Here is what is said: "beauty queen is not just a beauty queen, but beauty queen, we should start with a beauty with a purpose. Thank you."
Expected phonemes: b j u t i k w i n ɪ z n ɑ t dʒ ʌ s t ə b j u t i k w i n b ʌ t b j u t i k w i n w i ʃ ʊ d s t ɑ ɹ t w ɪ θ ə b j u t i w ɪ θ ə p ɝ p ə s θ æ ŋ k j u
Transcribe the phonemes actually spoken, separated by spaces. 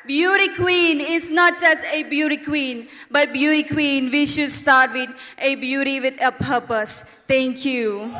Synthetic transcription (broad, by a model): b j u t i k w i n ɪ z n ɑ t dʒ ʌ s t ə b j u t i k w i n b ʌ t b j u t i k w i n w i ʃ ʊ d s t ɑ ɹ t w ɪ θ ə b j u t i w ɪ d ə p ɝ p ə s t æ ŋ k j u